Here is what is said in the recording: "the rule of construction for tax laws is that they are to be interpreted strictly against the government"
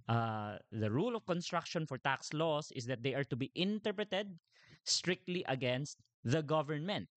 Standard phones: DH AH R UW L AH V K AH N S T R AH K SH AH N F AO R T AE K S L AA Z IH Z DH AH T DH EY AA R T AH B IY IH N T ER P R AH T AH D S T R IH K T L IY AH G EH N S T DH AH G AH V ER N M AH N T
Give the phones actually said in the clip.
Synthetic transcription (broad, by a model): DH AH R UW L AH V K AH N S T R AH K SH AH N F AO R T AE K S L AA S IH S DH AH T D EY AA R T AH B IY IH N T ER P R AH T AH D S T R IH K T L IY AH G EH N S T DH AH G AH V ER N M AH N T